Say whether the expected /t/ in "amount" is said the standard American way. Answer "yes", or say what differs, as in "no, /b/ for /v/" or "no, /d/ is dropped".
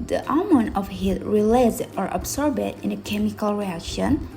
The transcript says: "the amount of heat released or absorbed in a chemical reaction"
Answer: no, /t/ is dropped